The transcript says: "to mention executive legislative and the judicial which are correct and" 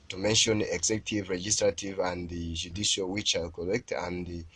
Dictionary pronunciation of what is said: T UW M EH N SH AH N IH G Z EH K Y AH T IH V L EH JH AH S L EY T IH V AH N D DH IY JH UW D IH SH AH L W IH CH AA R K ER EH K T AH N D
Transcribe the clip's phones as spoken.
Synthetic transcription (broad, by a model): T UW M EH N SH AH N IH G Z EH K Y T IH V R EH JH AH S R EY T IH V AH N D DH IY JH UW D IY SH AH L W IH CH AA L K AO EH K T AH N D